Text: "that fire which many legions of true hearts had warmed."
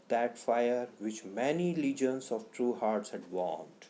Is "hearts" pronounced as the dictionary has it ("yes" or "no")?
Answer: yes